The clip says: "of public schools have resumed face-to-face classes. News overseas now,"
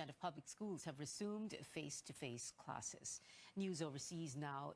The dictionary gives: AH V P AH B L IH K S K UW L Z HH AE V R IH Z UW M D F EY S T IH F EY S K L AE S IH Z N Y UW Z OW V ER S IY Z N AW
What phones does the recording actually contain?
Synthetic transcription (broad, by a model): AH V P AH B L IH K S K UW L Z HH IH V R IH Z UW M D F EY S T IH F EY S K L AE S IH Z N Y UW Z OW V ER S IY Z N AW